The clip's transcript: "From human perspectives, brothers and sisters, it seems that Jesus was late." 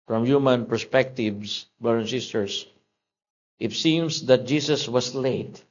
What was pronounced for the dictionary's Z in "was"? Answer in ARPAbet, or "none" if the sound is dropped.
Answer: S